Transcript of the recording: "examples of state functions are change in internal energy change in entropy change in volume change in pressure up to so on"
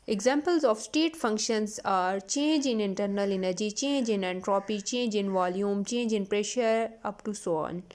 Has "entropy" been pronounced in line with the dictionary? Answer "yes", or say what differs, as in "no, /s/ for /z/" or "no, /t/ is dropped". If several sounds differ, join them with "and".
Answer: yes